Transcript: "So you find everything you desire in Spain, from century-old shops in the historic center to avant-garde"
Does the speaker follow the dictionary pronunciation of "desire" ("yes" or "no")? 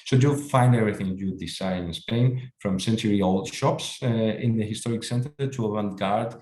no